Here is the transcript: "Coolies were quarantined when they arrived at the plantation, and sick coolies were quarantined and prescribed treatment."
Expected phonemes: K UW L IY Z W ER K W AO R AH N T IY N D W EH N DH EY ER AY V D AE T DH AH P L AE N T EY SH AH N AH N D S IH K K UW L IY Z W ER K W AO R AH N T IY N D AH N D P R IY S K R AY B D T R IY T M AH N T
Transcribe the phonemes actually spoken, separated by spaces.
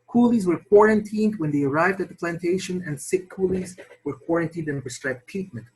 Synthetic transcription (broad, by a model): K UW L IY Z W ER K W AO R AH N T IY N D W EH N DH EY ER AY V D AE T DH AH P L AE N T EY SH AH N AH N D S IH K K UW L IY Z W ER K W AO R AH N T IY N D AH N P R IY S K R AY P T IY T M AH N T